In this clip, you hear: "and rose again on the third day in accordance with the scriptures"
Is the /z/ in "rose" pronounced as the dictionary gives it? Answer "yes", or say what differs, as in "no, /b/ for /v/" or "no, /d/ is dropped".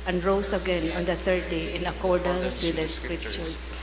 no, /s/ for /z/